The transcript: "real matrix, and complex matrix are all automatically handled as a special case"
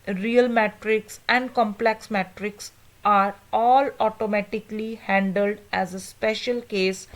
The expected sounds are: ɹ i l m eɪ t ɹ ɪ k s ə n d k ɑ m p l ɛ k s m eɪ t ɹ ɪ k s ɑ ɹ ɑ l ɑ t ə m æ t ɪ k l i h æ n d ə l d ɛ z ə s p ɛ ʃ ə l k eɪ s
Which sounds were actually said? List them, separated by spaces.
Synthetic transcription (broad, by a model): ɹ i l m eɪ t ɹ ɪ k s ə n d k ɑ m p l ɛ k s m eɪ t ɹ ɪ k s ɑ ɹ ɑ l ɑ t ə m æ t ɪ k l i h æ n d ə l d ɛ z ə s p ɛ ʃ ə l k eɪ s